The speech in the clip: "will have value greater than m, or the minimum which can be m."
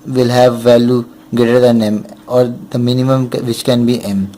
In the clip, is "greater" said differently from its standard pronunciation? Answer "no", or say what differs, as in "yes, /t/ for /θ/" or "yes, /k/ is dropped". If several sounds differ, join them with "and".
yes, /ɹ/ is dropped